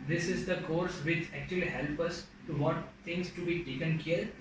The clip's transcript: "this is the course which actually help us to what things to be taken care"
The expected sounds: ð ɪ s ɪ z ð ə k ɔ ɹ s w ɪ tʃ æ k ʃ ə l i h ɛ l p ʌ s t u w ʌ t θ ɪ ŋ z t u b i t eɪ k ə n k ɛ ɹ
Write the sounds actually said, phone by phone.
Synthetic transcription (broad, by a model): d ɪ s ɪ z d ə k ɔ ɹ s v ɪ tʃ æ k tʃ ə l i h ɛ l p ʌ s t u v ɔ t t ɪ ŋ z t u b i t eɪ k ə n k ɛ ɹ